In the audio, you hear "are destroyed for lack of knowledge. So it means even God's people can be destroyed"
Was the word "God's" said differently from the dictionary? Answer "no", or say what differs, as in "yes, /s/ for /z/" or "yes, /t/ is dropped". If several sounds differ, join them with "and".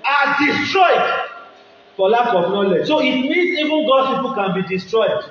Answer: yes, /z/ is dropped